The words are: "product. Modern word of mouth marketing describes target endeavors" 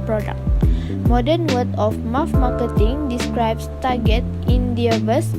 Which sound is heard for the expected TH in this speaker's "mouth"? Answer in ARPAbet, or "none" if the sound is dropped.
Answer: F